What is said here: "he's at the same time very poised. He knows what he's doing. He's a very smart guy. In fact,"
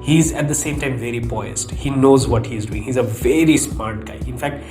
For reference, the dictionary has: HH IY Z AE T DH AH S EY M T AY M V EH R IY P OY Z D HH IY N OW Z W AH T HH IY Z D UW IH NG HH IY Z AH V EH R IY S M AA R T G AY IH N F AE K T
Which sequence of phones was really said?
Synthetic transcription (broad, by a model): HH IY Z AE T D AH S EY M T AY M V EH R IY B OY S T HH IY N OW Z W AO T HH IY Z D UW IH NG HH IY Z AH V EH R IY S M AA R T G AY IH N F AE K T